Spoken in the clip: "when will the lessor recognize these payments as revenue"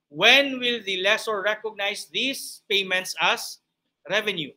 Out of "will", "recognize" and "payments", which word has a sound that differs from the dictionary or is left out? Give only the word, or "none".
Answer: recognize